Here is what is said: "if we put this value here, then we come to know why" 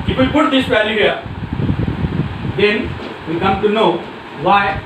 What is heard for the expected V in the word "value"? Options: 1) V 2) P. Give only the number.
2